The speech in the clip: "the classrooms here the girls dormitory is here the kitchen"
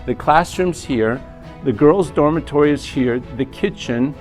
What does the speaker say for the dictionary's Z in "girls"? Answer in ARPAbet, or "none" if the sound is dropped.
Z